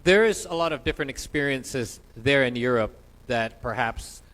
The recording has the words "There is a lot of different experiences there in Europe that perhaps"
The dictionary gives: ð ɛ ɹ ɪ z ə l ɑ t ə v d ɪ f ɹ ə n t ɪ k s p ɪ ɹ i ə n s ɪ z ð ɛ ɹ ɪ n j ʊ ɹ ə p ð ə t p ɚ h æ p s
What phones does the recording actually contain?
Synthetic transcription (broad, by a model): ð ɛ ɹ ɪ z ə l ɑ t ə v d ɪ f ɹ ə n t ɪ k s p ɪ ɹ i ə n s ɪ z ð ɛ ɹ ɪ n j ʊ ɹ ə p ð ə t p ɚ h æ p s